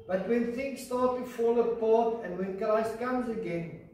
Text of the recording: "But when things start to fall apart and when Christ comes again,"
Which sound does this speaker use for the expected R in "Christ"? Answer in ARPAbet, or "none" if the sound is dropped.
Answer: L